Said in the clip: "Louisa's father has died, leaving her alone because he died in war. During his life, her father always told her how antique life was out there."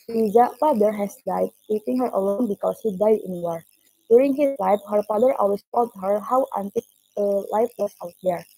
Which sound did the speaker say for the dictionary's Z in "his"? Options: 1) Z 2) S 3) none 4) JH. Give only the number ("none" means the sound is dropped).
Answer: 2